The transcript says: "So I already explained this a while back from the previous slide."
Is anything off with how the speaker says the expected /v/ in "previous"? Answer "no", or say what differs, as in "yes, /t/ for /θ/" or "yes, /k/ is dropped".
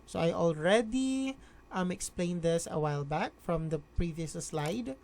no